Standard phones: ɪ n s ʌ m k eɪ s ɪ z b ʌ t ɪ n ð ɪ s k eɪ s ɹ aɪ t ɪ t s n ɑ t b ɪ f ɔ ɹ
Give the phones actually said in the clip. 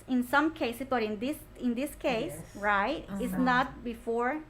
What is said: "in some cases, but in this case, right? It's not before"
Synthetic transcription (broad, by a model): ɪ n s ʌ m k eɪ s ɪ s b ʌ t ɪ n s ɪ s k eɪ s ɹ aɪ t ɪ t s n ɑ t b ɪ f ɔ ɹ